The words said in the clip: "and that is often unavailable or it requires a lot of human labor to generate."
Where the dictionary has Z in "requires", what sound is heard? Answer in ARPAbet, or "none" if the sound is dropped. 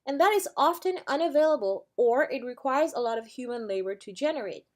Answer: Z